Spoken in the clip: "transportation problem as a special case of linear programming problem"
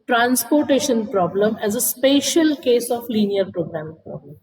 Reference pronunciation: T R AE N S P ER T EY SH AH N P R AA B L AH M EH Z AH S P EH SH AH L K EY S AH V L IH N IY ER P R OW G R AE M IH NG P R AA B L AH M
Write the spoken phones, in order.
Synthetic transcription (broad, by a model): T R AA N S P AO T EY SH AH N P R AA B L AH M EH Z AH S P EH SH AH L K EY S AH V L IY N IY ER P R OW G R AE M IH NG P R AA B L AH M